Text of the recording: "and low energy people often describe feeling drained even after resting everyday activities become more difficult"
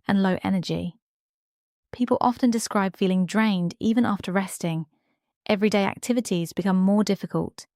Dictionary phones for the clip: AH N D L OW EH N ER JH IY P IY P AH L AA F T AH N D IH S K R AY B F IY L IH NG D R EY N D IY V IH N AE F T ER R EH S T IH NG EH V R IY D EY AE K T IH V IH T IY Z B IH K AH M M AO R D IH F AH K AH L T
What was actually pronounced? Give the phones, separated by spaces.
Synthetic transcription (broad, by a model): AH N L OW EH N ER JH IY P IY P AH L AA F T AH N D IH S K R AY B F IY L IH NG D R EY N D IY V IH N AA F T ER R EH S T IH NG EH V R IY D EY AE K T IH V IH T IY Z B IH K AH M M AO D IH F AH K AH L T